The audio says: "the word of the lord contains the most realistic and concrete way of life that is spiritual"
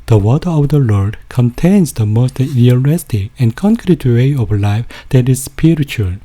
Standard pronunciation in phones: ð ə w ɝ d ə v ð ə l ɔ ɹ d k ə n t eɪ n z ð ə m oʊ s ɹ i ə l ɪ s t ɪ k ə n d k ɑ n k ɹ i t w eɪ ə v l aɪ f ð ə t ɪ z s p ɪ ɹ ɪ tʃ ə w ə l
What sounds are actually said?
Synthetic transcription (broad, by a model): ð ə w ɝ ə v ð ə l ɔ ɹ d k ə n t eɪ n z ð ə m oʊ s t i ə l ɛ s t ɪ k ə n k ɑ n k ɹ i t w eɪ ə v l aɪ f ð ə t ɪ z s p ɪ ɹ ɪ tʃ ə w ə l